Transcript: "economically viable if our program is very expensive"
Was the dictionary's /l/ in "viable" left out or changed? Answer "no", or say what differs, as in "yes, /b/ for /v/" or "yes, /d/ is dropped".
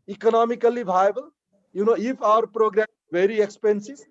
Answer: yes, /n/ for /l/